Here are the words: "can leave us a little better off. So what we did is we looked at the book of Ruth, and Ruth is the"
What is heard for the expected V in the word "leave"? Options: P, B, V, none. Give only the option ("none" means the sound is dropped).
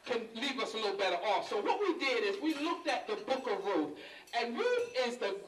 V